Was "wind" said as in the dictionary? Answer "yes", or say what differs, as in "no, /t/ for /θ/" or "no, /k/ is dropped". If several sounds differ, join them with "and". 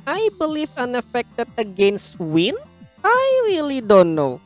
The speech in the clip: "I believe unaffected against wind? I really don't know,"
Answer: no, /d/ is dropped